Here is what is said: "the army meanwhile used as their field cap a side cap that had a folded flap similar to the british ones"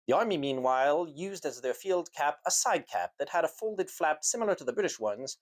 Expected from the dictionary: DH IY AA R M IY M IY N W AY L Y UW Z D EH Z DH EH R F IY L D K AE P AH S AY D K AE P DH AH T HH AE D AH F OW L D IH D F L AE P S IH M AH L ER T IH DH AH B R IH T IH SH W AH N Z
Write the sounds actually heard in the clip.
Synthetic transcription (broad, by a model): DH IY AA R M IY M IY N W AY L Y UW Z D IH Z DH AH R F IY L D K AE P AH S AY D K AE P DH AH T HH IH D AH F OW L D IH D F L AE P S IH M L ER T IH DH AH B R IH T IH SH W AH N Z